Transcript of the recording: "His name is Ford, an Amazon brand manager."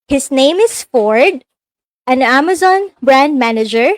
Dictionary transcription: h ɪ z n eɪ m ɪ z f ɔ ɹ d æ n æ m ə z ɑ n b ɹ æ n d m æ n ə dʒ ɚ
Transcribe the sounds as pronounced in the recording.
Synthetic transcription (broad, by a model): h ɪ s n eɪ m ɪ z f ɔ ɹ d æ n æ m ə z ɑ n b ɹ æ n d m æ n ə dʒ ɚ